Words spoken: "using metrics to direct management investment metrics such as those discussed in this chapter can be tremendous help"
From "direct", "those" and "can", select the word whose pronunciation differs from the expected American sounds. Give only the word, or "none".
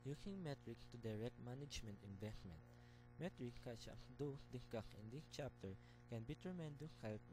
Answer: those